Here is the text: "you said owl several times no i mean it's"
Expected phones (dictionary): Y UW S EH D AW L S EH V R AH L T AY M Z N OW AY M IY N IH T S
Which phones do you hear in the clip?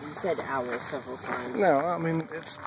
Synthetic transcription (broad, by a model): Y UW S EH D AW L S EH V R L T AY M N OW AY M IY N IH T S